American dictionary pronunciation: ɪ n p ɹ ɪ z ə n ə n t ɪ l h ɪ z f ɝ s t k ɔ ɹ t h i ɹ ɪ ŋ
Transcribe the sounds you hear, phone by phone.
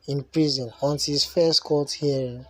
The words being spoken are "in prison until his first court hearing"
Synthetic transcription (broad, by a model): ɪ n p ɹ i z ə n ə n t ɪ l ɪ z f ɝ s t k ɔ l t h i ɹ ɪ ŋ